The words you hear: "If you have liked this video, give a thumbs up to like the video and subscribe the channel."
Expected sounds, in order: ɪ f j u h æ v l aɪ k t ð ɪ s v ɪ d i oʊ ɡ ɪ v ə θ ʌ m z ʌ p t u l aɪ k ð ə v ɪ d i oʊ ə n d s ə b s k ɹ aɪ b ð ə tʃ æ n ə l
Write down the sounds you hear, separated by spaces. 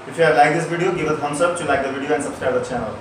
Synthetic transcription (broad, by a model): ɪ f j u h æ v l aɪ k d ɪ s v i d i oʊ ɡ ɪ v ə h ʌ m s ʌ b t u l aɪ k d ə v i d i oʊ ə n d s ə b s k ɹ aɪ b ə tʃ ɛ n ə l